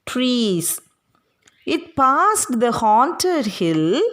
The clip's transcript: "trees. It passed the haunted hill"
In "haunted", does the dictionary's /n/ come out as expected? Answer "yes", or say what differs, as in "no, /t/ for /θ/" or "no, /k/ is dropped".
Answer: yes